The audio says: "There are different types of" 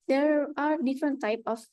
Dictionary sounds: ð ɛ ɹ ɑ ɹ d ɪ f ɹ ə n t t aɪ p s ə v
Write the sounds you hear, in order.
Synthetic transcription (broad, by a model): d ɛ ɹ ɑ ɹ d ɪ f ɹ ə n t t aɪ p ə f